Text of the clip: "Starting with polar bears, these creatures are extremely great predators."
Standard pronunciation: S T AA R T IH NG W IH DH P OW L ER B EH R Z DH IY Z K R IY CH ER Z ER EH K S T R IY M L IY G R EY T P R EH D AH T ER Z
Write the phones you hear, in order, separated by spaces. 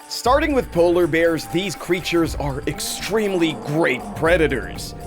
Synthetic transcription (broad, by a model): S T AA R T IH NG W IH DH P OW L ER B EH R Z DH IY Z K R IY CH ER Z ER EH K S T R IY M L IY G R EY T P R EH D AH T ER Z